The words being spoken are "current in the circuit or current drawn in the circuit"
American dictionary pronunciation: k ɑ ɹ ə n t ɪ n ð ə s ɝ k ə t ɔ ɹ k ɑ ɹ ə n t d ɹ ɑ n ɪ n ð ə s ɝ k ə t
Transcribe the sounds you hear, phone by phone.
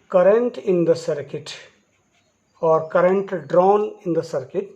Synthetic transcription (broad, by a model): k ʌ ɹ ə n t ɪ n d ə s ɝ k ə t ɔ ɹ k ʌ ɹ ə n t d ɹ ɑ n ɪ n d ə s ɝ k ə t